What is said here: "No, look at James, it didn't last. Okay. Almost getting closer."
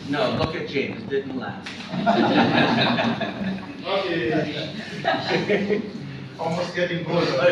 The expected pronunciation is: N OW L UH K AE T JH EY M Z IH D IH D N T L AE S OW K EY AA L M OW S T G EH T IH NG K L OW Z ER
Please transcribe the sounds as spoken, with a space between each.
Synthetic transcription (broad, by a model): N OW L UH K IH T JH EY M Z D IH D N T L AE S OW EY AA L M OW S T G EH T IH NG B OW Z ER